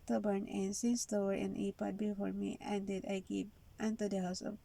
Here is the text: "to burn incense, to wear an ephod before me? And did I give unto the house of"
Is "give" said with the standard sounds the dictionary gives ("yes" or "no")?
no